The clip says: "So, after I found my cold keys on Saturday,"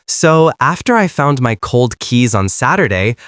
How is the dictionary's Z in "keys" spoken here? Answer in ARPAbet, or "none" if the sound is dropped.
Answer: Z